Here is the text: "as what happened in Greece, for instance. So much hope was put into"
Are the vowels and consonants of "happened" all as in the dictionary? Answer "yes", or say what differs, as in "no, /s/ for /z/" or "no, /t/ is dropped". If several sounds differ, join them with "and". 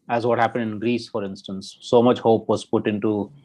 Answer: yes